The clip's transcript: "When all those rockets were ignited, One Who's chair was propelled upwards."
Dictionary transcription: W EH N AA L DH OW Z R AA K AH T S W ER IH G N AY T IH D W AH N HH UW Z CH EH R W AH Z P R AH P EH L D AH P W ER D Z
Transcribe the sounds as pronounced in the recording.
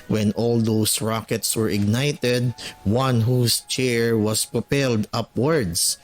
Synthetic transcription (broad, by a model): W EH N AA L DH OW S R AA K AH T S W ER IH G N AY T IH D W AH N HH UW S CH EH R W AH S P R AH P EH L D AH P W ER D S